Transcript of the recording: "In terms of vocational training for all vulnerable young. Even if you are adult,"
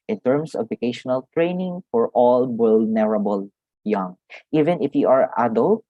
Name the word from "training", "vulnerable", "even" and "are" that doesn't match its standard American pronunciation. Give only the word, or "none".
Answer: vulnerable